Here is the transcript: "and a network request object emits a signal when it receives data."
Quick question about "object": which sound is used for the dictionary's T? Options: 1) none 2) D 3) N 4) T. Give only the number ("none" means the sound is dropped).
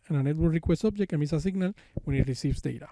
1